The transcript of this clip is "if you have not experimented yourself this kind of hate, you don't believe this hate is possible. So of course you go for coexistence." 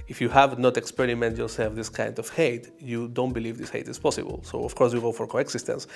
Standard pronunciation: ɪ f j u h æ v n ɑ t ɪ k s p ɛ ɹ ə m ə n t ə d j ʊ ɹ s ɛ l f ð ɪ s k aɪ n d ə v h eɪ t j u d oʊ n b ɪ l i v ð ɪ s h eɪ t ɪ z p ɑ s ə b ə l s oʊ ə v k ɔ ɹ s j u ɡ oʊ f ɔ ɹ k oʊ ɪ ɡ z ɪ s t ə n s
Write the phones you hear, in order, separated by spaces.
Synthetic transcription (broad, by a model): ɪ f j u h æ v n ɑ t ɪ k s p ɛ ɹ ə m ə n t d j ʊ ɹ s ɛ l f ð ɪ s k aɪ n d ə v h eɪ t j u d oʊ n b ɪ l i v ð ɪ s h eɪ t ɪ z p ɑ s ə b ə l s oʊ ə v k ɔ ɹ s j u ɡ oʊ f ɔ ɹ k oʊ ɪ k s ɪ s t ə n s